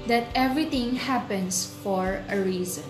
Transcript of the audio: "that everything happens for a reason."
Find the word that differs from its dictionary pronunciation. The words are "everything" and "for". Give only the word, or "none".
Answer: everything